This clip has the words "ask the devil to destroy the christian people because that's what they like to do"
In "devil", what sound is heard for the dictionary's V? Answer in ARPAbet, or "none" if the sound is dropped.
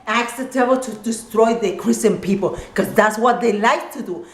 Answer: B